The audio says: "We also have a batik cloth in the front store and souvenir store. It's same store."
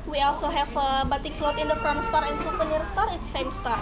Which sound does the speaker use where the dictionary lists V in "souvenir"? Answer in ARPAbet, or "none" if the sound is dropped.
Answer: F